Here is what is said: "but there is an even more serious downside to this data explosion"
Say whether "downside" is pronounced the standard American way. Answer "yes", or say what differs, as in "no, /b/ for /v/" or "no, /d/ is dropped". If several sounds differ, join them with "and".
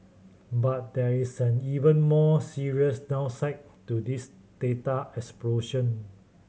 no, /n/ is dropped